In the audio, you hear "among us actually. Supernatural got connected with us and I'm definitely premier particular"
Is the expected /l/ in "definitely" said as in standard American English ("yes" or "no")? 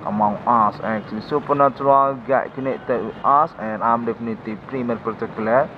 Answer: no